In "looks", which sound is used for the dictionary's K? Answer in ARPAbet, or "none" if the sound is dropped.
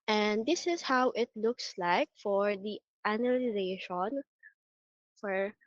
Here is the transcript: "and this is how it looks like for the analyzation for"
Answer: K